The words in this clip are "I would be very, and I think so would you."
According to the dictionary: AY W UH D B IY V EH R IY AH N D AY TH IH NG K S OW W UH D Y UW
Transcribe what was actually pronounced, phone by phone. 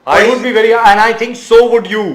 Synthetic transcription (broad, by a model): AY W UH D B IY V EH R IY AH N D AY T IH NG K S OW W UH D Y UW